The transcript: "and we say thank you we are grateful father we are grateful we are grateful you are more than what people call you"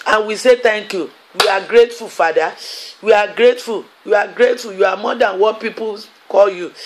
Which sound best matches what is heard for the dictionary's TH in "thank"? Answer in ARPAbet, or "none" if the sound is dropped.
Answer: T